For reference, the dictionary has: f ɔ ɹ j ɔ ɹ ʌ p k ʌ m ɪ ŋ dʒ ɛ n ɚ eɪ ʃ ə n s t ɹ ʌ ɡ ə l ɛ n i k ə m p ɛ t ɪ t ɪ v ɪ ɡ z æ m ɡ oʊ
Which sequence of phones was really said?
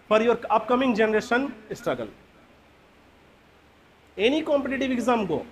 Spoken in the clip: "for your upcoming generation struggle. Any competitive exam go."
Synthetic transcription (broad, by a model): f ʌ ɹ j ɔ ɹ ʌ p k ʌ m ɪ ŋ dʒ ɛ n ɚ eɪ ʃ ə n s t ɹ ʌ ɡ ə l ɛ n i k ə m p ɛ t ɪ t ɪ v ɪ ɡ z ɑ m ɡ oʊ